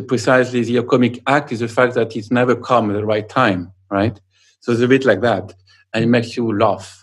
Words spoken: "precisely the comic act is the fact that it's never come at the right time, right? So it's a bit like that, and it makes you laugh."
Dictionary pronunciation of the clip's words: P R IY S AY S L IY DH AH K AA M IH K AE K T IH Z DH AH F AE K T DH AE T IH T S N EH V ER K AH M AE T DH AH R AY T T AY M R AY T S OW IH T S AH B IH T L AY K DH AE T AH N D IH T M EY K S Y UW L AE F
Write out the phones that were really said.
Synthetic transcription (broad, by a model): P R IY S AY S L IY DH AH K AA M IH K AE K T IH Z DH AH F AE K T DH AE T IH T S N EH V ER K AH M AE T DH AH R AY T T AY M R AY T S OW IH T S AH B IH T L AY K DH AE T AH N IH T M EY K S Y UW L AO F